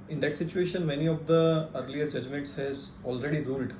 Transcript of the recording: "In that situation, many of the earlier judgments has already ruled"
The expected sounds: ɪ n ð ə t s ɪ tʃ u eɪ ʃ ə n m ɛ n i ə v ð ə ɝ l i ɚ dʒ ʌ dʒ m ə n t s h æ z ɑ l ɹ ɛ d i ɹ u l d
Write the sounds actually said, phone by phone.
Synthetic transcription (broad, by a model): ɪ n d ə t s ɪ tʃ u eɪ ʃ ə n m ɛ n i ə v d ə ɝ l i ɚ dʒ ʌ dʒ m ə n t s h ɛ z ɑ l ɹ ɛ d i ɹ u l d